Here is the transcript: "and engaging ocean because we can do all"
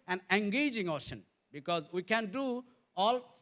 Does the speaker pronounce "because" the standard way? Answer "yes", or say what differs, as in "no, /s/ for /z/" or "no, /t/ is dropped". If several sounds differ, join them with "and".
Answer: yes